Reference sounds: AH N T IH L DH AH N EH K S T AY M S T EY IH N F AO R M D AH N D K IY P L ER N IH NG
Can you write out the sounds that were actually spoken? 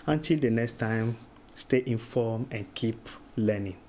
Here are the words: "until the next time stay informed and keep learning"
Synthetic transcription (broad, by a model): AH N T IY L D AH N EH K S T AY M S T EY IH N F AO M AH N K IY P L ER N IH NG